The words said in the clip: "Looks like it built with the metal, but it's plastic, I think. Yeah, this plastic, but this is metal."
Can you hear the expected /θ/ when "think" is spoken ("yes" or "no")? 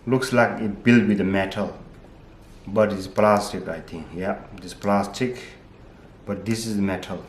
no